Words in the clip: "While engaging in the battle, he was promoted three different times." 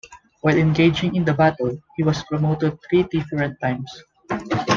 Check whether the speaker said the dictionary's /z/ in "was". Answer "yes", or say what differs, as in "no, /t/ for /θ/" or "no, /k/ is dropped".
no, /s/ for /z/